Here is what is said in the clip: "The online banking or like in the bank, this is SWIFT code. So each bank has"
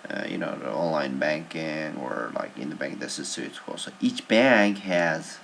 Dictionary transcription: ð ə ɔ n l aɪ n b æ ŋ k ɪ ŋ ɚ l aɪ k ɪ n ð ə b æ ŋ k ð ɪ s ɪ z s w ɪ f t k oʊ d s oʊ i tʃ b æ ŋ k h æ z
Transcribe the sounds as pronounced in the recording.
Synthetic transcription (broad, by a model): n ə ɔ n l aɪ n b æ ŋ k ɪ ŋ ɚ l aɪ k ɪ n ð ə b æ ŋ k ð ɪ s ɪ z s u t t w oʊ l s oʊ i tʃ b æ ŋ k h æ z